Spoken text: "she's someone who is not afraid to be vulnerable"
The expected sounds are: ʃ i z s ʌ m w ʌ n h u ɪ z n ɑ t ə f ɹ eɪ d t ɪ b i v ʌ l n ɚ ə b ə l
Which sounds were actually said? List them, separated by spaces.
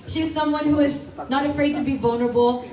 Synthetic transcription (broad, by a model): ʃ i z s ʌ m w ʌ n h u ɪ z n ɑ t ə f ɹ eɪ d t ɪ b i v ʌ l n ɚ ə b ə l